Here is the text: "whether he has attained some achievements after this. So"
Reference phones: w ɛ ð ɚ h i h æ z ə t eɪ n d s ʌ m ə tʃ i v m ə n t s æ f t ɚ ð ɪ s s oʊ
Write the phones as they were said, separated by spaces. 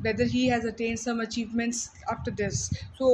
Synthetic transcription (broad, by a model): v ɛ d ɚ h i h æ z ə t eɪ n d s ʌ m ə tʃ i v m ə n t s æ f t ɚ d ɪ s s oʊ